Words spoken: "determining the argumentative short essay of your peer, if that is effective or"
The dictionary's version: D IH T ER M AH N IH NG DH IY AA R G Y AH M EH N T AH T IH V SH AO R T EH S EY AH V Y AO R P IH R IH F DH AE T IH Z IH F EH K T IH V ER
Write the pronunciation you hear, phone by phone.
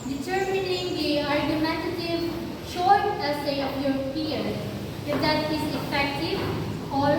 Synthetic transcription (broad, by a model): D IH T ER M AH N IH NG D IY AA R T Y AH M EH T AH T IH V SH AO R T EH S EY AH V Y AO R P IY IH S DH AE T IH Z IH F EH K T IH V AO